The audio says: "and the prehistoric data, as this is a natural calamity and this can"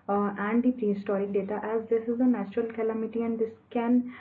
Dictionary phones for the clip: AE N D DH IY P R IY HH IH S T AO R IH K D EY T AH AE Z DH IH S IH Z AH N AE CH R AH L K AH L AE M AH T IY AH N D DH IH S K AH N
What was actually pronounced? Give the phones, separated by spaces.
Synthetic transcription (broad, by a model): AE N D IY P R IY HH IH S T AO R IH D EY T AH AE Z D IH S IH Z AH N AE CH R AH L K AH L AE M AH T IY AH N D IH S K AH N